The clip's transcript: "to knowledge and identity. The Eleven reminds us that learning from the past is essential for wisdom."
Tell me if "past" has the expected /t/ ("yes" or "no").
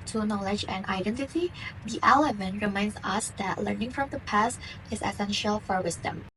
yes